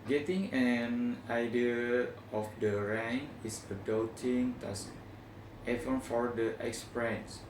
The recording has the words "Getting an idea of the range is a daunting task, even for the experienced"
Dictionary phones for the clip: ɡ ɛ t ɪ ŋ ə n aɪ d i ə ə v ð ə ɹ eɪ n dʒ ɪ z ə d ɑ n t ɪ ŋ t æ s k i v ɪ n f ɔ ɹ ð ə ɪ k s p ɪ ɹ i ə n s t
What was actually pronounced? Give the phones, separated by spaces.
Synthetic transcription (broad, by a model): ɡ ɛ t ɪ ŋ ə n aɪ d i ə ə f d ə ɹ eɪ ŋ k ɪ s ə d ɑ t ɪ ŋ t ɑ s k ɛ f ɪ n f ɔ ɹ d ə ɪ k s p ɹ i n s